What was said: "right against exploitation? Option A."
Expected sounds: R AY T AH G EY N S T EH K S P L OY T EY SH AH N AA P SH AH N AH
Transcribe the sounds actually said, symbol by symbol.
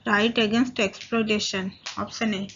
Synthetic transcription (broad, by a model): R AY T AH G EY N S T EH K S P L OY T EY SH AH N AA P S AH N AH